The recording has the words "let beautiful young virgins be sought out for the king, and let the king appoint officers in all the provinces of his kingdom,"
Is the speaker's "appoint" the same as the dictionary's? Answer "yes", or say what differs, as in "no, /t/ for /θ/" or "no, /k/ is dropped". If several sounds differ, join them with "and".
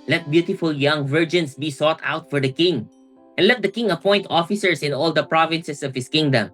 yes